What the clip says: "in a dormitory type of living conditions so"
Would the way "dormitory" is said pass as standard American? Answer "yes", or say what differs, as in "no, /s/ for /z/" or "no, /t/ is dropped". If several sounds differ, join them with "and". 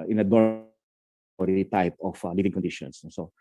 no, /m/ is dropped and /ɹ/ is dropped